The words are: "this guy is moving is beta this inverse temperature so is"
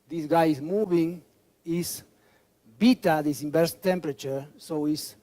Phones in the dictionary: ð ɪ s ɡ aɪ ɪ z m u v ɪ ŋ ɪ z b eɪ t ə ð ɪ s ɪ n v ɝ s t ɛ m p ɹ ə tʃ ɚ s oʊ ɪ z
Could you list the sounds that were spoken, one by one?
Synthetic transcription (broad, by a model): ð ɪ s ɡ aɪ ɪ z m u v ɪ ŋ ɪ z b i t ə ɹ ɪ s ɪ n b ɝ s t ɛ m p ɹ ə tʃ ɚ s oʊ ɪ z